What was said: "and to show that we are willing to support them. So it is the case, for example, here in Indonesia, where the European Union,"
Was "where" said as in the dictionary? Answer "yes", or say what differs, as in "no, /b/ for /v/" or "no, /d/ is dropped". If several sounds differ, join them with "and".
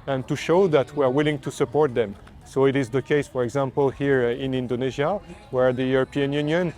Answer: yes